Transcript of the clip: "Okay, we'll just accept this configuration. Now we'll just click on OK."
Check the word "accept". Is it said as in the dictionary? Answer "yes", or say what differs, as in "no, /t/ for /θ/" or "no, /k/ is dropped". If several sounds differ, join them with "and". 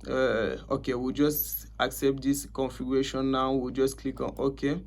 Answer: yes